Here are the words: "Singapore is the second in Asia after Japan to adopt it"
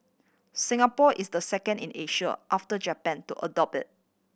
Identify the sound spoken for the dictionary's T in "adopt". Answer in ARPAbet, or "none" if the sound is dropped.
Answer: none